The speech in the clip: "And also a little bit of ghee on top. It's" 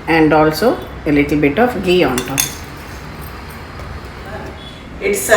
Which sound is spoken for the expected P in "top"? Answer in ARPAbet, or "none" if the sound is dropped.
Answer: none